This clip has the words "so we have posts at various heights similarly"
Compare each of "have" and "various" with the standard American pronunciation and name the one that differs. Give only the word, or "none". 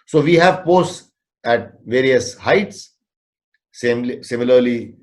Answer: none